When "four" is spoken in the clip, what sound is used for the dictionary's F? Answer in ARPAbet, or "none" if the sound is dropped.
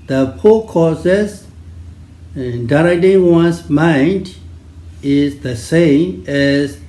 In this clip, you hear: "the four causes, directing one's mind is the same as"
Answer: P